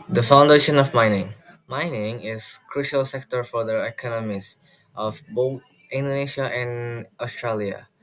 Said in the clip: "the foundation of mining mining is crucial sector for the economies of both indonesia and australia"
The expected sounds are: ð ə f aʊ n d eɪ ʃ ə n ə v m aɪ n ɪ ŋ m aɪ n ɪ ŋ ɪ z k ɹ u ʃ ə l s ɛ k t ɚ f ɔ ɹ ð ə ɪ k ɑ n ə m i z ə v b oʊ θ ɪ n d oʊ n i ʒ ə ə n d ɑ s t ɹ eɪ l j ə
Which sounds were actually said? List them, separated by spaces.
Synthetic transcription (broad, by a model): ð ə f aʊ n d eɪ ʃ ə n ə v m aɪ n ɪ ŋ m aɪ n ɪ ŋ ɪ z k ɹ u ʃ ə l s ɛ k t ɚ f ɔ ɹ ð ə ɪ k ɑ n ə m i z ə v b oʊ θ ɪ n d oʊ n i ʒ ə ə n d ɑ s t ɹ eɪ l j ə